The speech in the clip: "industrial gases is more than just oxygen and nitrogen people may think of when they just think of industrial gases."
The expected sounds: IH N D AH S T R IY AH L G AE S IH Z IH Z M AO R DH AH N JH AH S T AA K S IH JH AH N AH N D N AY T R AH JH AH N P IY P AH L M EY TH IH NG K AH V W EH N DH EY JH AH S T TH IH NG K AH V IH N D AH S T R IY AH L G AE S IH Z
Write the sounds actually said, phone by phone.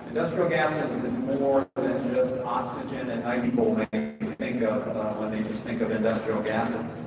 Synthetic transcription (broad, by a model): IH N D AH S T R IY L G AE S IH Z IH Z M AO R DH AH N JH AH S T AA K S IH JH AH N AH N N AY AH AH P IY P L M EY TH IH NG K AH V W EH N DH EY JH AH S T TH IH NG K AH V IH N D AH S T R IY L G AE S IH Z